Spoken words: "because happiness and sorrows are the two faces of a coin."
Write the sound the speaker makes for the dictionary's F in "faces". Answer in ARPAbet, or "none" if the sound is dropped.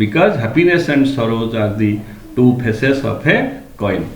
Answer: P